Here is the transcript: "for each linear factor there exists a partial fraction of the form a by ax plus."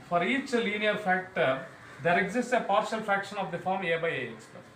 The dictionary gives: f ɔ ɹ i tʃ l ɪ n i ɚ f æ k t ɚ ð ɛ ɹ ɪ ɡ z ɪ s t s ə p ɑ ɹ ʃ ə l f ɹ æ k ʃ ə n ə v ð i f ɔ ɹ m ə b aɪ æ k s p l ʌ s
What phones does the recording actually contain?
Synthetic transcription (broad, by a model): f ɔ ɹ i tʃ l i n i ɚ f æ k t ɚ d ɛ ɹ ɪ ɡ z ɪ s t s ə p ɑ ɹ ʃ ə l f ɹ æ k ʃ ə n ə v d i f ɔ ɹ m ə b aɪ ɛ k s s